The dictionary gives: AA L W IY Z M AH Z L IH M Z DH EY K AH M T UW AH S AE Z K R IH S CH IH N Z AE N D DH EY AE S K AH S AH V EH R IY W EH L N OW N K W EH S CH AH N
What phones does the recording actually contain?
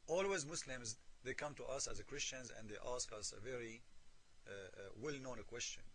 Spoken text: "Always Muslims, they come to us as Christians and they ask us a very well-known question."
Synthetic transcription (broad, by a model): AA L W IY Z M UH S L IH M Z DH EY K AH M T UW AH S AE Z K R IH S CH IH N Z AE N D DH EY AE S K AH S AH V EH R IY W EH L N OW N K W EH S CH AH N